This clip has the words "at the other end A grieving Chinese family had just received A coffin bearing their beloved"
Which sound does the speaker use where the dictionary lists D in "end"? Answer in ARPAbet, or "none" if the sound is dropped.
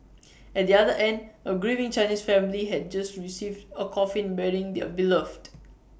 D